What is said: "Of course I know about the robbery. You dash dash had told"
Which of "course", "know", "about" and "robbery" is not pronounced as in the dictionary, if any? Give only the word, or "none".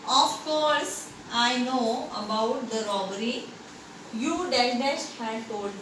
none